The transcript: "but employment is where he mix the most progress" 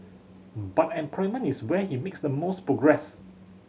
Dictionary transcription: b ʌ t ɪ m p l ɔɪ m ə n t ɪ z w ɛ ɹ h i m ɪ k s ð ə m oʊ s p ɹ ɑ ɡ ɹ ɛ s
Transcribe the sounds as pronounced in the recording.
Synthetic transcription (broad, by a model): b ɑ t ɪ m p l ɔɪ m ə n ɪ s w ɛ h i m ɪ k s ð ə m oʊ s p ɹ ɑ ɡ ɹ ɛ s